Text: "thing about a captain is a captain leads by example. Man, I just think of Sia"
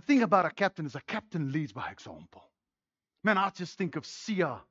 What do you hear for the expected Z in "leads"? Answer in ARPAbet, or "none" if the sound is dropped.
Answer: Z